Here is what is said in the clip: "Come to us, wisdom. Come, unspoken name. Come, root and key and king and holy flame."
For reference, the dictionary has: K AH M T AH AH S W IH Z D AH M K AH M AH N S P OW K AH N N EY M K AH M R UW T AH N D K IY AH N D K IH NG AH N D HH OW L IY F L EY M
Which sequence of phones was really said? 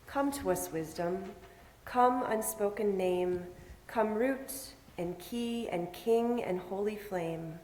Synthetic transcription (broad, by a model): K AH M T AH AH S W IH Z D AH M K AH M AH N S P OW K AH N N EY M K AH M R UW T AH N K IY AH N K IH NG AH N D HH OW L IY F L EY M